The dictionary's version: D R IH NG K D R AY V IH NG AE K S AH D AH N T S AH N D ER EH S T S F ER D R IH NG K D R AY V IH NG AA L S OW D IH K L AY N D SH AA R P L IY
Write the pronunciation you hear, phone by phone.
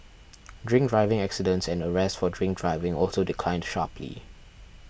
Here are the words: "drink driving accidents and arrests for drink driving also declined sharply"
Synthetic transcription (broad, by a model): D R IH NG K D R AY V IH NG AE K S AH D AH N T S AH N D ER EH S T F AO D R IH NG K D R AY V IH NG AA L S OW D IH K L AY N D SH AA P L IY